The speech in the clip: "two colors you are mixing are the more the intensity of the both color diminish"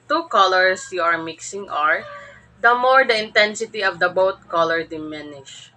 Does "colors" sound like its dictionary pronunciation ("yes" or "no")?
no